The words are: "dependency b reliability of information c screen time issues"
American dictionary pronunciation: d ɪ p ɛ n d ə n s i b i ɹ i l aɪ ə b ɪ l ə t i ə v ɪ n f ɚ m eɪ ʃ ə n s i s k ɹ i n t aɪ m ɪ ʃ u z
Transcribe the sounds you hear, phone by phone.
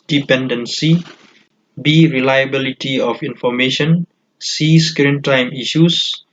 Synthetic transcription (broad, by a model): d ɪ p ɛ n d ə n s i b i ɹ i l aɪ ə b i l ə t i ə f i n f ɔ m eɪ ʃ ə n s i s k ɹ i n t aɪ m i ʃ u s